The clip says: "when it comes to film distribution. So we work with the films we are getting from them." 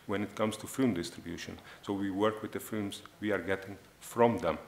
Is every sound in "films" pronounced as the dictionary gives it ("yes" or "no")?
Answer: no